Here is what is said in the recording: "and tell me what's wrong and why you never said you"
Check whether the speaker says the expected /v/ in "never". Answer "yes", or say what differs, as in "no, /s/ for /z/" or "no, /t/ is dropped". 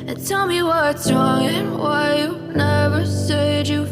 yes